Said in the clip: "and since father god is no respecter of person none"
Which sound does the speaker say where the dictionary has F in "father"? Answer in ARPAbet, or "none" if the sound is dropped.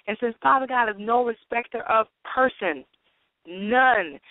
P